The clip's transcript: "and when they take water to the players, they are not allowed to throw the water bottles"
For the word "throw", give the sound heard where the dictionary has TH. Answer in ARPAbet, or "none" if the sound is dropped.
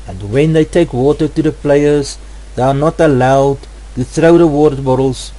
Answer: TH